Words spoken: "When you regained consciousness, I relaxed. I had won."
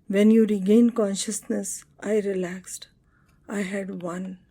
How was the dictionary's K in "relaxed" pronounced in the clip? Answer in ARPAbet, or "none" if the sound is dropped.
K